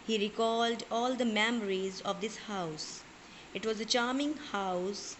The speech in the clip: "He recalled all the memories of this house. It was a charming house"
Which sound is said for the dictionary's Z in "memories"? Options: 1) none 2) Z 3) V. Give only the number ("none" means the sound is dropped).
2